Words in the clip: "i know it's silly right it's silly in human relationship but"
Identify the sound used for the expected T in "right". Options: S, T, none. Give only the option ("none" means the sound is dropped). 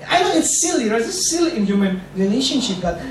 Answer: none